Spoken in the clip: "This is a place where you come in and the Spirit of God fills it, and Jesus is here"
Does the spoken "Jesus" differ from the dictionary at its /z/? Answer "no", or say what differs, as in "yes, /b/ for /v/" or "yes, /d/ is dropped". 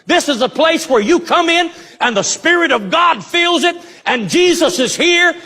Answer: no